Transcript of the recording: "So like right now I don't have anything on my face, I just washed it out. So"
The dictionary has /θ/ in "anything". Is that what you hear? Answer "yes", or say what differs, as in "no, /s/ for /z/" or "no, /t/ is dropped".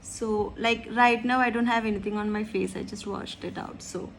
no, /t/ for /θ/